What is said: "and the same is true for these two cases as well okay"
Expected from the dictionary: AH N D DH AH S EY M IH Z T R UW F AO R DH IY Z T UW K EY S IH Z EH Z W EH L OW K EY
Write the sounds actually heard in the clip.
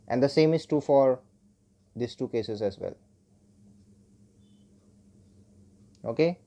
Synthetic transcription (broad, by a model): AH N D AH S EY M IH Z T UW F AO R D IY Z T UW K EY S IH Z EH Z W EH L OW K EY